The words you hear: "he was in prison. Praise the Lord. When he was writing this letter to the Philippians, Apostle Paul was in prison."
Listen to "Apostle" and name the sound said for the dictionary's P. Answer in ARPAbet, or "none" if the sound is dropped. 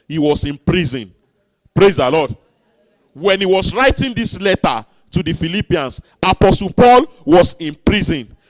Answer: P